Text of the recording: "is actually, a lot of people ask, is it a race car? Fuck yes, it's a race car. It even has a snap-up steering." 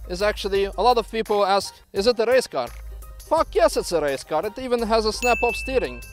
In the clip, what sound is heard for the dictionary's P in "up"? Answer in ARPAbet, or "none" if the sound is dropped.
F